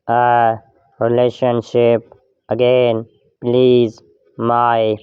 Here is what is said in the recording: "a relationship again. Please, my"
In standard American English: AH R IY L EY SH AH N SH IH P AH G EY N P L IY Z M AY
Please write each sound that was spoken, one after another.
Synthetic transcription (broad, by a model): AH R IY L EY SH AH N SH IH P AH G EY N P L IY Z M AY